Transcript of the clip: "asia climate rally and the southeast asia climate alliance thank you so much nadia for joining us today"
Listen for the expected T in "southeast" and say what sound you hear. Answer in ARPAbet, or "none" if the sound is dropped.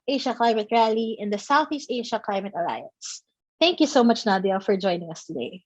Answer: T